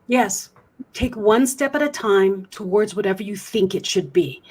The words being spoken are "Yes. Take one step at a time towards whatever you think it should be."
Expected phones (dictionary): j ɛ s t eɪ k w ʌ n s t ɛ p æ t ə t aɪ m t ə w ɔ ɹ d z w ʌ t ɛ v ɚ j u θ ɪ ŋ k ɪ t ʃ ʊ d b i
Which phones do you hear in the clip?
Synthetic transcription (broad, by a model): j ɛ s t eɪ k w ʌ n s t ɛ p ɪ t ə t aɪ m t ə w ɔ ɹ d z w ʌ t ɛ v ɚ j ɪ θ ɪ ŋ k ɪ t ʃ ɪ d b i